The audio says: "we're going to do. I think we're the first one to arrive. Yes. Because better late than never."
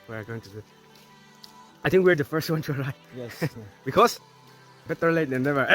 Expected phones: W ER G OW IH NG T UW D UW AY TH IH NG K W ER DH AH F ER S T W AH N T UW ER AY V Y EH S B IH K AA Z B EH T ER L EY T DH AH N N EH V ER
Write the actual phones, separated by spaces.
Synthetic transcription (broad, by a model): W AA G OW IH NG T UW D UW AY T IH NG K W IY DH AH F ER S T W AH N T UW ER AY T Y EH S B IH K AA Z B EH T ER L EY T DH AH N N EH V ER